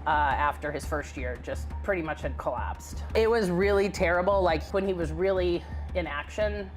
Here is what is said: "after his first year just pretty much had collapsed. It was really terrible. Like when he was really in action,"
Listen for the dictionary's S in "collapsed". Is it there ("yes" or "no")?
yes